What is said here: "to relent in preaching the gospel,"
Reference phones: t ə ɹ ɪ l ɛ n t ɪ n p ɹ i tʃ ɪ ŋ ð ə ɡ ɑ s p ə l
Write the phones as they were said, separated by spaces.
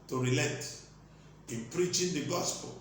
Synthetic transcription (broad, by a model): t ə ɹ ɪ l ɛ t ɪ n p ɹ i tʃ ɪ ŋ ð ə ɡ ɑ s p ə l